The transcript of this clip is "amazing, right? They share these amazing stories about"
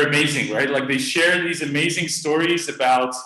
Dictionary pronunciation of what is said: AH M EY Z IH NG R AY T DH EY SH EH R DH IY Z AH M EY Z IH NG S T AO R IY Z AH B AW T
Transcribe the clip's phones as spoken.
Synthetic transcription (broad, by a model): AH M EY Z IH NG R AY T DH EY SH EH R DH IY Z AH M EY Z IH NG S T AO R IY Z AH B AW T